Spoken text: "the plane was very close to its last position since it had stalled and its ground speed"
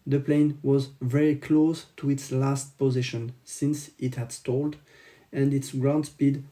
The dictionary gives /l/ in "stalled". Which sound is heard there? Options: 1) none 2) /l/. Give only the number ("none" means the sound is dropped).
2